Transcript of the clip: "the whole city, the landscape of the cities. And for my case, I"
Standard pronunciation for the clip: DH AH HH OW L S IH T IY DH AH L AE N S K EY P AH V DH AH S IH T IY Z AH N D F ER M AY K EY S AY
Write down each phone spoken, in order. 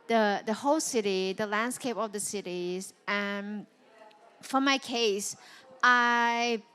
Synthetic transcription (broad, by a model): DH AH HH OW L S IH T IY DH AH L AE N S K EY P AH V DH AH S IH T IY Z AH N F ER M AY K EY S AY